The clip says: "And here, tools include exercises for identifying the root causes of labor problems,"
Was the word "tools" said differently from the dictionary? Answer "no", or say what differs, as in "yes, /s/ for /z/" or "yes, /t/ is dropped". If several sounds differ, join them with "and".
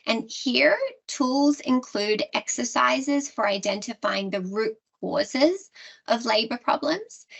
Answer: no